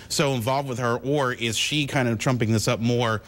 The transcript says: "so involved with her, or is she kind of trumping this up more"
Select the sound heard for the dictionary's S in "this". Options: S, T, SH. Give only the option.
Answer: S